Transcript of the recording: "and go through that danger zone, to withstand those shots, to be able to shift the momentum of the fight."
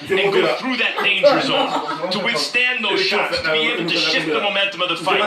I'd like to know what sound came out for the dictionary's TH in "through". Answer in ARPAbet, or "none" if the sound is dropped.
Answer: TH